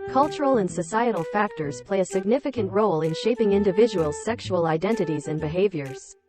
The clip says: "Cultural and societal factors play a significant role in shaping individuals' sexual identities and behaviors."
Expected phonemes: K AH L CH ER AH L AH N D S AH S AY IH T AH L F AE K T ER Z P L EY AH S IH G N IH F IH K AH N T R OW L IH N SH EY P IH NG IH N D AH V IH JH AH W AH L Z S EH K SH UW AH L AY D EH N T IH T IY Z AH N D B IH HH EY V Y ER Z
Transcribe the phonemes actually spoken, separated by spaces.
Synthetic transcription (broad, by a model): K AH L CH ER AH L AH N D S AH S AY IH T L F AE K T ER Z P L EY AH S IH G N IH F IH K AH N T R OW L IH N SH EY P IH NG IH N D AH V IH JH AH W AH L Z S EH K SH UW AH L AY D EH N T IH T IY Z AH N B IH HH EY V Y ER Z